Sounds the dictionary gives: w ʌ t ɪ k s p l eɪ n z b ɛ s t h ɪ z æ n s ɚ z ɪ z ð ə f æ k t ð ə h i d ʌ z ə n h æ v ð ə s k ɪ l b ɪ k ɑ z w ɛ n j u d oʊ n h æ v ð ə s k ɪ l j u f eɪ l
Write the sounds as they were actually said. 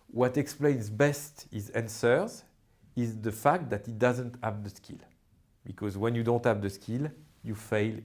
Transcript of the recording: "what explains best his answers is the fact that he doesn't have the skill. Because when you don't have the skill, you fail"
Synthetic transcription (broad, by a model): w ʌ t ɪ k s p l eɪ n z b ɛ s t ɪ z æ n s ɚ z ɪ z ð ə f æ k t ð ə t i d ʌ z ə n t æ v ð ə s k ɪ l b ɪ k ɑ z w ɛ n j u d oʊ n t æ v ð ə s k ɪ l j u f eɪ l